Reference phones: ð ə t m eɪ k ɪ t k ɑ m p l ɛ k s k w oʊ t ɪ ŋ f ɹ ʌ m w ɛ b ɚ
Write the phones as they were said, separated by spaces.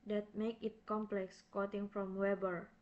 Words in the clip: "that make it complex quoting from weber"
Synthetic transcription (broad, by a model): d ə t m eɪ k ɪ t k ɑ m p l ɛ k s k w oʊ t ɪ ŋ f ɹ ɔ m w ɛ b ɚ